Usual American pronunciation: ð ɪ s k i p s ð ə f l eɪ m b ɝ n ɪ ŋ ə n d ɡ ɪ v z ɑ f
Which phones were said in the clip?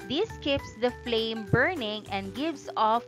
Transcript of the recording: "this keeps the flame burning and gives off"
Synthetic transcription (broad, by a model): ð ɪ s k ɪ p s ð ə f l eɪ m b ɝ n ɪ ŋ ə n d ɡ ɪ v s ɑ f